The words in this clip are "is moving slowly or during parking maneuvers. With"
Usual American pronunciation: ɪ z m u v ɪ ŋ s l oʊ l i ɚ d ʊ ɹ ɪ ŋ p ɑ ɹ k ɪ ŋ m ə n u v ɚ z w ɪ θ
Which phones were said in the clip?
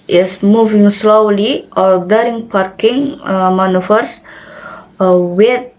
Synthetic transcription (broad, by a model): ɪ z m u v ɪ ŋ s l oʊ l i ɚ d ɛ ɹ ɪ ŋ p ɑ ɹ k ɪ ŋ m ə n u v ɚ s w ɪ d